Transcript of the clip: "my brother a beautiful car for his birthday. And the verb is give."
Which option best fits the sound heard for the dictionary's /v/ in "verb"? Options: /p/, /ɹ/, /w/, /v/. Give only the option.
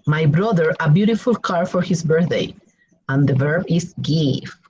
/v/